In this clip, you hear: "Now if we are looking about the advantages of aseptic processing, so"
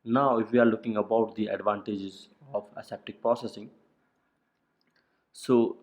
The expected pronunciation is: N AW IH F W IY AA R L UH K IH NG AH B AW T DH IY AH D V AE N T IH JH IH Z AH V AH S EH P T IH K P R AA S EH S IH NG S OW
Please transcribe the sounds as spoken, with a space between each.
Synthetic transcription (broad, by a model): N AW IH F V IY AA R L UH K IH NG AH B AW T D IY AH D V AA N T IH JH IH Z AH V AH S EH P T IH K P R AA S EH S IH NG S OW